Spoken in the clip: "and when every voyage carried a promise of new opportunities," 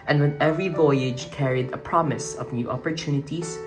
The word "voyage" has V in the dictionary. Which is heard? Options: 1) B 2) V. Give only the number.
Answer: 2